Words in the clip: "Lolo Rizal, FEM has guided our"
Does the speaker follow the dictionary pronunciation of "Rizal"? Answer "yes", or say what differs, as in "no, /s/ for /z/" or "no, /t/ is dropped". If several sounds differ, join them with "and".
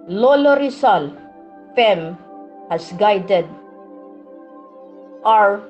no, /s/ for /z/